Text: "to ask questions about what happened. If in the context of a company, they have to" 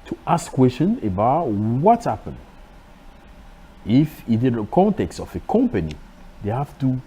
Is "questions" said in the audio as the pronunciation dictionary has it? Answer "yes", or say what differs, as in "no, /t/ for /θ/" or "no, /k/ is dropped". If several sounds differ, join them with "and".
no, /z/ is dropped